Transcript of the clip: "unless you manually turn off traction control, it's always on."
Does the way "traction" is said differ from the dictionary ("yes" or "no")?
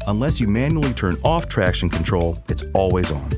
no